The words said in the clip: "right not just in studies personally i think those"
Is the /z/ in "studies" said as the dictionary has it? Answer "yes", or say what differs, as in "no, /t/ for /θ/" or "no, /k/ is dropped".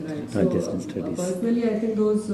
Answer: no, /z/ is dropped